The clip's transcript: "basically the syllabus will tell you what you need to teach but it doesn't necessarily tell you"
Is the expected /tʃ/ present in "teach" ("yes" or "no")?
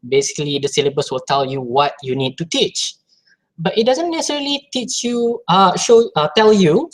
yes